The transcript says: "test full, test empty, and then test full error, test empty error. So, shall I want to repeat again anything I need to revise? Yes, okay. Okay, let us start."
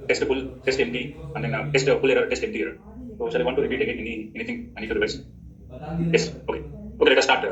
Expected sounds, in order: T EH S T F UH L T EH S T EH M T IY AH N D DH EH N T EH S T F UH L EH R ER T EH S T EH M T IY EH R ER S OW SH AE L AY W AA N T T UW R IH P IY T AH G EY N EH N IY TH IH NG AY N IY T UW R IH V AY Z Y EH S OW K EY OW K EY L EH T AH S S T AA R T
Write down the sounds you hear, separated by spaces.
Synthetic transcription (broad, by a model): T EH S T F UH L T EH S T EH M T IY AH N D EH N T EH S T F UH L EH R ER T EH S T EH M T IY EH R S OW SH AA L AY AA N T T UW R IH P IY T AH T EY N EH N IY T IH NG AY N IY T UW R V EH S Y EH S OW K EY OW K EY L EH T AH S S T AA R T